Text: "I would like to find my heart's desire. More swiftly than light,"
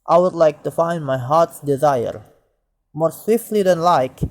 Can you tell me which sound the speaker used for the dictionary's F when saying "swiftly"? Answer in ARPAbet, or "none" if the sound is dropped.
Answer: F